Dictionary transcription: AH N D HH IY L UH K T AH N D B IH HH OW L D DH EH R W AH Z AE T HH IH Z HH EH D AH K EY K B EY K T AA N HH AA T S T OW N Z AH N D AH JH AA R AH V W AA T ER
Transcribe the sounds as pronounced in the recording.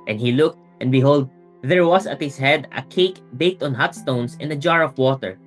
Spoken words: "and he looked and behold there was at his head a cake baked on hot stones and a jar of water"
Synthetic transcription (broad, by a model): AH N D HH IY L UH K T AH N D B IH HH OW L D DH EH R W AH S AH T HH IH S HH EH D AH K EY K B EY K T AA N HH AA T S T OW N S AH N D AH JH AA R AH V W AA T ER